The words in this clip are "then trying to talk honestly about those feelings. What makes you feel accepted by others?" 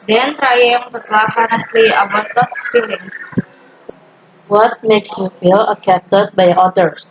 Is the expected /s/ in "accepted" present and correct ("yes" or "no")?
no